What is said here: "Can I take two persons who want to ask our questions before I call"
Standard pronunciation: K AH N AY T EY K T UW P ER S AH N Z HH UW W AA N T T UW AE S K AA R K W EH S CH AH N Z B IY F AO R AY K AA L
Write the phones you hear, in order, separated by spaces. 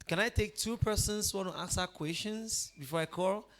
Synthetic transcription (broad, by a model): K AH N AY T EY K T UW P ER S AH N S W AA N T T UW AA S AA K W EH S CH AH N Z B IY F AO R AY K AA L